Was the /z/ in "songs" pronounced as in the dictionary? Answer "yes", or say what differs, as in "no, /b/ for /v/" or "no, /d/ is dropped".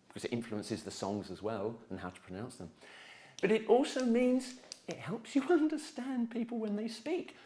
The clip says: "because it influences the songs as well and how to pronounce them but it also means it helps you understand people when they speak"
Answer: yes